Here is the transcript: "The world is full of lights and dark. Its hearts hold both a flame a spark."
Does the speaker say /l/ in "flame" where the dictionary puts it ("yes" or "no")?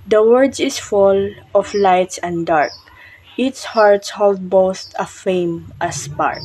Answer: no